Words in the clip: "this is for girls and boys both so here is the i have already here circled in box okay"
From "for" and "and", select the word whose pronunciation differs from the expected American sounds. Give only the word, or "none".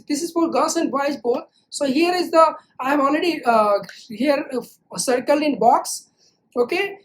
for